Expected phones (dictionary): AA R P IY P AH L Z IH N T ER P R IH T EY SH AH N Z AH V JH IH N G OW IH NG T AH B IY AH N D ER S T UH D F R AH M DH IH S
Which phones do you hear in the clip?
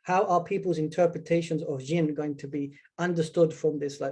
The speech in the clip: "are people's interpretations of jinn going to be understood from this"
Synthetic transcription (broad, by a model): AA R P IY P AH L Z IH N T ER P R IH T EY SH AH N Z AH V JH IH N G OW IH NG T AH B IY AH N D ER S T UH D F R AH M DH IH S